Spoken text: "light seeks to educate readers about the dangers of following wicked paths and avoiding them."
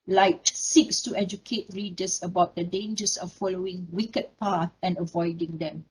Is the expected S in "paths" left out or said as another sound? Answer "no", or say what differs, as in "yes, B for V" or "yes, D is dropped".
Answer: yes, S is dropped